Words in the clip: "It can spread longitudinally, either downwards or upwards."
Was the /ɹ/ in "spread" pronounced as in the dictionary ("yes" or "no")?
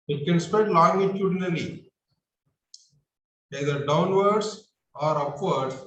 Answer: no